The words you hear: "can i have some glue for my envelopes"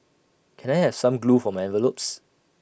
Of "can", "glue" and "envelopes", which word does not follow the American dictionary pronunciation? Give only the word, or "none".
none